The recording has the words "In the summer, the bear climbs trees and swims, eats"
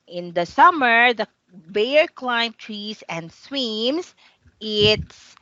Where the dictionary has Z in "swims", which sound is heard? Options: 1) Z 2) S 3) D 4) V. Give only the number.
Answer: 2